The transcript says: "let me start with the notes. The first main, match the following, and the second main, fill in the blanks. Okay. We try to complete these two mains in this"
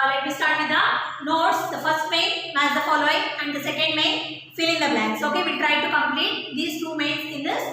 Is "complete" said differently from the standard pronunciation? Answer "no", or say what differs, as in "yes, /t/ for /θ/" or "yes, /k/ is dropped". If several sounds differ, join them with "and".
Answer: no